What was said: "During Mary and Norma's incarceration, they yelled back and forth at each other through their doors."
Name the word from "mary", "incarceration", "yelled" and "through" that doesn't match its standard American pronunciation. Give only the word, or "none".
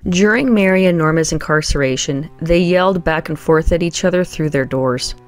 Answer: none